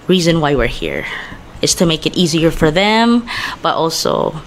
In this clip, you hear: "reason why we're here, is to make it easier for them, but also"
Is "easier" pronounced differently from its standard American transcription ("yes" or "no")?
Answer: no